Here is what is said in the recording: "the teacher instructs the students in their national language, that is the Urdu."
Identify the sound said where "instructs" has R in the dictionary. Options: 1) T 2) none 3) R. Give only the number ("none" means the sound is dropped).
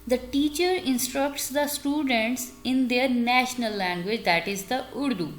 3